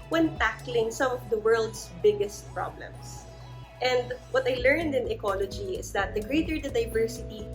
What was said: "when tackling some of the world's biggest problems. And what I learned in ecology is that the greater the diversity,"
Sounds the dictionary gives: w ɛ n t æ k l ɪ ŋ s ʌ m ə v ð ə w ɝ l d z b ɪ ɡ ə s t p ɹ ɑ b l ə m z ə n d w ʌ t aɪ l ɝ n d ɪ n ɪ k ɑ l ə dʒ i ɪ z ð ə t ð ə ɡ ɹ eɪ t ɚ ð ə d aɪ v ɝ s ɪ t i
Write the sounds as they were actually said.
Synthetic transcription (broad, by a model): w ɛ n t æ k l ɪ ŋ s ʌ m ə v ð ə w ɝ l d s b ɪ ɡ ə s t p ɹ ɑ b l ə m s ə n d w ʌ t aɪ l ɝ n d ɪ n ɪ k ɑ l ə dʒ i ɪ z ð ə t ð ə ɡ ɹ eɪ t ɚ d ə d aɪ v ɝ s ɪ t i